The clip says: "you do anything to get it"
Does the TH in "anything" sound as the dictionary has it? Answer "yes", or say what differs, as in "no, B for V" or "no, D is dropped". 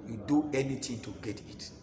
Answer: no, T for TH